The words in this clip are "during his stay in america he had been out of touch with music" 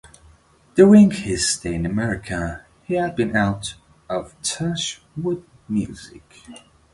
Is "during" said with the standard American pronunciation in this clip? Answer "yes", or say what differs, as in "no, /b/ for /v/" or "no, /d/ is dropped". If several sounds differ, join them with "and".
no, /ɹ/ is dropped